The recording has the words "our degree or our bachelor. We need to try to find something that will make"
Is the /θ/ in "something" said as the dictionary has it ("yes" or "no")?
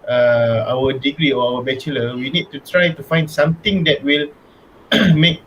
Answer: no